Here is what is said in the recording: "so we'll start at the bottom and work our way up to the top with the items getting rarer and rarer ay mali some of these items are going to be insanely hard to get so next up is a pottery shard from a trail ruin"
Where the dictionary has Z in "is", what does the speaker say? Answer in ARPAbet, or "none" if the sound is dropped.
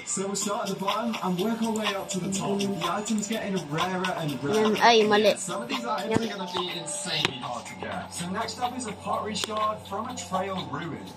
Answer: Z